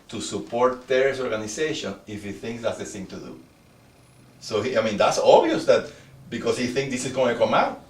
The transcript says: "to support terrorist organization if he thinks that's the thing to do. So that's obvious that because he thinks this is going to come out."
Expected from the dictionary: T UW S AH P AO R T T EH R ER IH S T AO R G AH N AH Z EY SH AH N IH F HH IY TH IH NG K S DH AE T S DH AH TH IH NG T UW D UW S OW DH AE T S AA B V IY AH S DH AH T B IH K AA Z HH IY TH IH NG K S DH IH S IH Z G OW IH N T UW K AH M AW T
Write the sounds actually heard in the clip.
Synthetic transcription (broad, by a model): T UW S AH P AO R T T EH R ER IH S AO R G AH N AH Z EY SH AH N IH F HH IY TH IH NG K S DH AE T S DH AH S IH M T UW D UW S OW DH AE T S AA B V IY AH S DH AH T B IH K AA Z HH IY TH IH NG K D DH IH S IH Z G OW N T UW K AH M AW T